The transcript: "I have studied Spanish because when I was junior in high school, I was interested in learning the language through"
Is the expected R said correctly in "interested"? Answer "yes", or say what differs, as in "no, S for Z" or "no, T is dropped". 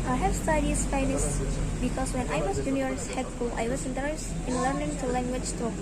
no, R is dropped